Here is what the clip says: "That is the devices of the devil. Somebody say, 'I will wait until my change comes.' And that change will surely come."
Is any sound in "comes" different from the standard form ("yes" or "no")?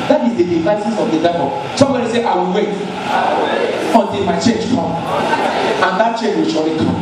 yes